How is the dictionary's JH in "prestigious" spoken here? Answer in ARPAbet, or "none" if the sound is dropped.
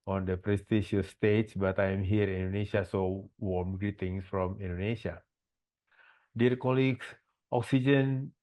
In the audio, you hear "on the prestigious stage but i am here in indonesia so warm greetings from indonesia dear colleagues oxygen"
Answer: SH